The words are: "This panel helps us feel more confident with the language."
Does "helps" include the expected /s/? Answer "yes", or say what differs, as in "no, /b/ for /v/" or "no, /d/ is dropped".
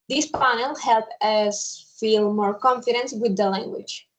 no, /s/ is dropped